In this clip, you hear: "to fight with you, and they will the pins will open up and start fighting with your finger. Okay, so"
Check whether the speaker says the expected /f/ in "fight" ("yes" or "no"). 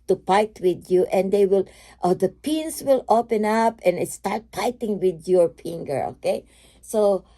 no